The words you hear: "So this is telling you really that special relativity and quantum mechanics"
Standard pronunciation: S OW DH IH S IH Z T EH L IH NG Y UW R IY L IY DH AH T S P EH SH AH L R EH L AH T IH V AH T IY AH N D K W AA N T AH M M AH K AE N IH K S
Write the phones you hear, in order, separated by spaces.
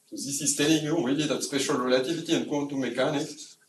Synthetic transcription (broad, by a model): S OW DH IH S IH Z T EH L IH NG Y UW W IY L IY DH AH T S P EH SH AH L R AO L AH T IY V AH T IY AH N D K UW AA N T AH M M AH K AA N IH K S